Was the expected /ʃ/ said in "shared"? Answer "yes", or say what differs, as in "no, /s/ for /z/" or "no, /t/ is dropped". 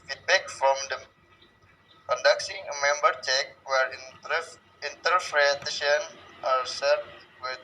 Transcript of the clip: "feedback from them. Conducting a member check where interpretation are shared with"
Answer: no, /s/ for /ʃ/